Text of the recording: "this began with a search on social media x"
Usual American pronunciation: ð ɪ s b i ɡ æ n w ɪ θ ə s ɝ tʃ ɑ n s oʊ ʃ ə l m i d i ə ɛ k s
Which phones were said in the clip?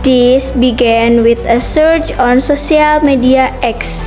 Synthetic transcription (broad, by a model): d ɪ s b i ɡ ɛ n w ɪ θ ə s ɝ tʃ ɑ n s oʊ s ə l m i d i ə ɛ k s